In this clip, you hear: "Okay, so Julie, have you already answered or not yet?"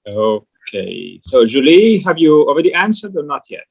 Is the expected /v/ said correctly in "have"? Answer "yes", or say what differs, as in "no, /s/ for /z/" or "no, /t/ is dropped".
yes